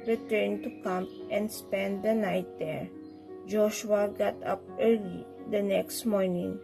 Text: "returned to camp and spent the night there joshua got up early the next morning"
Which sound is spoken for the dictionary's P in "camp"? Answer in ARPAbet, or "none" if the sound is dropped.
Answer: none